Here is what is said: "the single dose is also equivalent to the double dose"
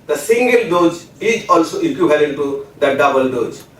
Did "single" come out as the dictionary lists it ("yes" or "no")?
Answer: yes